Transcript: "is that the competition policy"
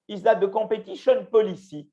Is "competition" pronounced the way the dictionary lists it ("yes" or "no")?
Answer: no